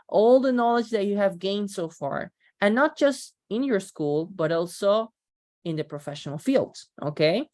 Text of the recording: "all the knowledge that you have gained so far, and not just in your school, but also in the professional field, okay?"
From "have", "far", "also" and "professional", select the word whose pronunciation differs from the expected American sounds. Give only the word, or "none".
none